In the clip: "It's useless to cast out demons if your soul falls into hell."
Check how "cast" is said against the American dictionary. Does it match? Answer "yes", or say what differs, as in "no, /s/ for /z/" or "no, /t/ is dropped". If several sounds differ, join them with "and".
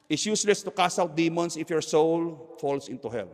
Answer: no, /t/ is dropped